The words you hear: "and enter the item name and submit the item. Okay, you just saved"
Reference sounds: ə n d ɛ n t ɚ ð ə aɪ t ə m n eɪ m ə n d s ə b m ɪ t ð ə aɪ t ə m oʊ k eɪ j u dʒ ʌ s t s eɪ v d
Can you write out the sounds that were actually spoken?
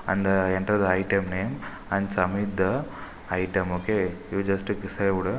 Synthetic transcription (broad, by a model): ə n d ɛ n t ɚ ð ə aɪ t ə m n eɪ m ə n d s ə m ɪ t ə aɪ t ə m oʊ k eɪ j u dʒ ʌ s t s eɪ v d